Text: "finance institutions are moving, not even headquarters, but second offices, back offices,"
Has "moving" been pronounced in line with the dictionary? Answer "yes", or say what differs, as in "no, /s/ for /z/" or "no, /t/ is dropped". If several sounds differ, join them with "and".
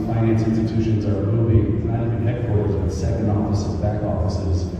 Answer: no, /b/ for /v/